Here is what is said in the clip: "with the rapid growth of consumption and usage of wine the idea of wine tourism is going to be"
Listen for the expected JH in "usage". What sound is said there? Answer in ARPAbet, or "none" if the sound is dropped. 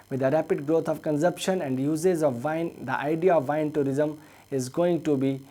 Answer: Z